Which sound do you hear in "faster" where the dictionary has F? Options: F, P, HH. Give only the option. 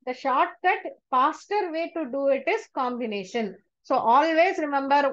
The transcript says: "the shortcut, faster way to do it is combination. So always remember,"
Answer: P